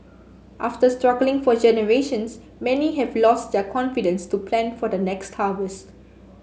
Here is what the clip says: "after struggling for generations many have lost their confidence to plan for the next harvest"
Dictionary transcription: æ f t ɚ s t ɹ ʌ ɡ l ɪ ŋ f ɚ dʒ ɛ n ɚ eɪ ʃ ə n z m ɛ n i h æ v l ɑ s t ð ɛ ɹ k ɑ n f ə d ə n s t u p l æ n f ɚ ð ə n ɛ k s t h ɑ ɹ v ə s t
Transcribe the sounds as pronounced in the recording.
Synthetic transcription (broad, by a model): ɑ f t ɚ s t ɹ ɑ ɡ l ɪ ŋ f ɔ dʒ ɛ n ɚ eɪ ʃ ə n s m ɛ n i h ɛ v l ɑ s t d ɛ k ɑ n f ə d ə n s t u p l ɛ n f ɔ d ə n ɛ k s t h ɑ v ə s t